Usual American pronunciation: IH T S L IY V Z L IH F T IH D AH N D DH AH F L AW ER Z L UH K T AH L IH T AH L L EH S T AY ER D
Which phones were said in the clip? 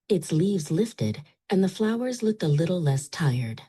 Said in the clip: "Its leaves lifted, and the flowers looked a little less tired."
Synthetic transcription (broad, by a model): IH T S L IY V Z L IH F T IH D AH N DH AH F L AW ER Z L UH K T AH L IH T L L EH S T AY ER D